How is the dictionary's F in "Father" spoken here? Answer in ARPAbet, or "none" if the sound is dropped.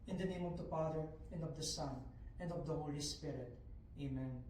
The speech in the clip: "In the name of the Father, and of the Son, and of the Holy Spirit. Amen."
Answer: P